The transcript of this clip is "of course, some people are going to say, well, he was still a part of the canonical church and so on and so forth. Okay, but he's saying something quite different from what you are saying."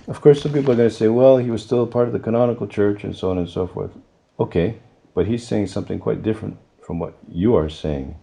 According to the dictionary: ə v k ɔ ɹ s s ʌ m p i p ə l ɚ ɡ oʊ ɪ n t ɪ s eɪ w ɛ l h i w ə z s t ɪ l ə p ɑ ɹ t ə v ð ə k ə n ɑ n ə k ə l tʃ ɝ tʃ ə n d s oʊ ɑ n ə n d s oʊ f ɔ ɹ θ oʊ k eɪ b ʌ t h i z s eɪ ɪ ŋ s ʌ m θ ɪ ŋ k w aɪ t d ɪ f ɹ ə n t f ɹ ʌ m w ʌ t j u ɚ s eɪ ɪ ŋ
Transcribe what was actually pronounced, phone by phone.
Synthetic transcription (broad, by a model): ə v k ɔ ɹ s s ʌ m p i p l ɚ ɡ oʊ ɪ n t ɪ s eɪ w ɛ l h i w ə z s t ɪ l ə p ɑ ɹ t ə v ð ə k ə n ɑ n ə k l tʃ ɝ tʃ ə n s oʊ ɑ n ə n s oʊ f ɔ ɹ θ oʊ k eɪ b ʌ t h i z s eɪ ɪ ŋ s ʌ m θ ɪ ŋ k w aɪ t d ɪ f ɹ ə n t f ɹ ʌ m w ʌ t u ɚ s eɪ ɪ ŋ